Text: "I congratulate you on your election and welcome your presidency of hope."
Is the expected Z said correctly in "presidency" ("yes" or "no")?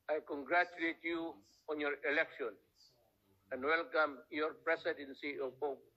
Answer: no